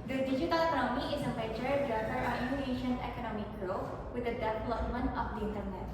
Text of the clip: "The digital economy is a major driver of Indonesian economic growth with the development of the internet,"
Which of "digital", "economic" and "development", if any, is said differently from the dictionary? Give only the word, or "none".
development